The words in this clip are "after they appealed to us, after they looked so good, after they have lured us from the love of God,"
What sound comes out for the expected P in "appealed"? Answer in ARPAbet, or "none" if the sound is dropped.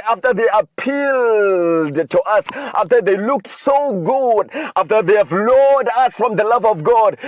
P